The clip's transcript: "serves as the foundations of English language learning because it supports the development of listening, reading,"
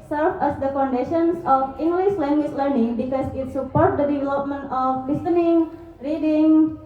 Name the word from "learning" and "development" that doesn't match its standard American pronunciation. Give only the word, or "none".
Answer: none